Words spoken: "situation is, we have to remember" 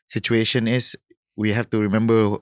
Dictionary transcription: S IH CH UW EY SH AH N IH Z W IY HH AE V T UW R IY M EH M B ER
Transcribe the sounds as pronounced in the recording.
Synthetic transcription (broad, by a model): S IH CH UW EY SH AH N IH S W IY HH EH F T UW R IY M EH M B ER